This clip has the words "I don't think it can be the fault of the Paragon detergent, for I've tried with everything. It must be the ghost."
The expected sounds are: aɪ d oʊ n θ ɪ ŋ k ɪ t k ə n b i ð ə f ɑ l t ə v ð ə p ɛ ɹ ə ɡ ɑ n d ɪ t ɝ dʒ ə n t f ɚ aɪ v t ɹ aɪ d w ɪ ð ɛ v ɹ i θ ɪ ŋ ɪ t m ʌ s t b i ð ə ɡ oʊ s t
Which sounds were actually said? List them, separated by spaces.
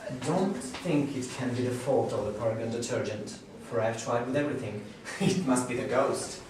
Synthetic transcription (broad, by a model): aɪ d oʊ n θ ɪ ŋ k ɪ t k ə n b i ð ə f ɑ l t ə v ð ə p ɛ ɹ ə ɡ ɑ n d ɪ t ɝ dʒ ə n t f ɚ aɪ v t ɹ aɪ d w ɪ ð ɛ v ɹ i θ ɪ ŋ ɪ t m ʌ s t b i ð ə ɡ oʊ s t